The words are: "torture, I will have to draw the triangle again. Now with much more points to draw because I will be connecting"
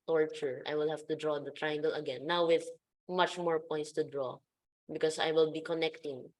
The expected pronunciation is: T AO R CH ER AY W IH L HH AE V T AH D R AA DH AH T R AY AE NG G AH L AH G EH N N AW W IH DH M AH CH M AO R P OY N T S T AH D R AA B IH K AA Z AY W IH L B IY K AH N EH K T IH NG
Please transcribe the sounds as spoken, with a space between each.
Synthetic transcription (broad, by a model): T AO R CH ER AY W IH L HH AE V T AH D R AA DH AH T R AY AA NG G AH L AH G EH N N AW W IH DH M AH CH M AO R P OY N T S T AH D R AA B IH K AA S AY W IH L B IY K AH N EH K T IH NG